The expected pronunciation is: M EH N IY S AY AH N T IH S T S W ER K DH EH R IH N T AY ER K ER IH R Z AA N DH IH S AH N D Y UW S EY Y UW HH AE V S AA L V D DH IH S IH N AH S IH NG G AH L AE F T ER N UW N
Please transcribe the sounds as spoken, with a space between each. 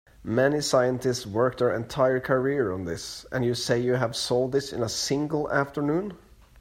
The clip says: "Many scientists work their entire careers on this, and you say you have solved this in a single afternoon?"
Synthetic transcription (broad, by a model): M EH N IY S AY AH N T IH S T S W ER K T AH R IH N T AY ER K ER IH R AA N DH IH S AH N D Y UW S EY Y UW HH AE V S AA L D DH IH S IH N AH S IH NG G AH L AE F T ER N UW N